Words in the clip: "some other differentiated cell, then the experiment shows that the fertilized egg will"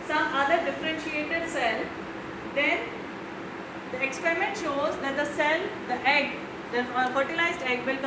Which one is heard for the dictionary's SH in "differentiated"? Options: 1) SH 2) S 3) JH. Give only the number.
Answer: 1